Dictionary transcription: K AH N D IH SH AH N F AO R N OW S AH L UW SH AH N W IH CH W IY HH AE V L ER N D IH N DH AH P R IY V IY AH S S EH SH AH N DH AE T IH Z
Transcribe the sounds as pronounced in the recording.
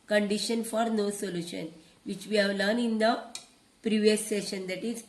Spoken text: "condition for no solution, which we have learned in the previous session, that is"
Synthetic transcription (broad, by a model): K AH N D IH SH AH N F AO R N OW S AH L UW SH AH N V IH CH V IY HH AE V L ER N IH N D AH P R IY V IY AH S S EH SH AH N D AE T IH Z